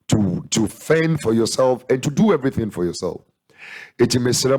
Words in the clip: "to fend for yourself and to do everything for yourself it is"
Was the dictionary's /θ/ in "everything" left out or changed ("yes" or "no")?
no